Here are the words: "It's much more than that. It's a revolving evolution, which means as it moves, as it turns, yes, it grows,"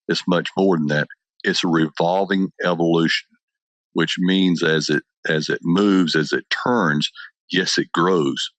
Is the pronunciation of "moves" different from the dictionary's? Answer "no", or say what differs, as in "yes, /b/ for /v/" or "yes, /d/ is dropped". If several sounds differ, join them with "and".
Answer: no